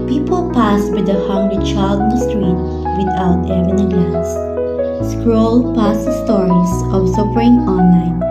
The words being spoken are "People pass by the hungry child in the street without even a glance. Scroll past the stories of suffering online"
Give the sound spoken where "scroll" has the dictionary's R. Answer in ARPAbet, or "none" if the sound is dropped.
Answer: R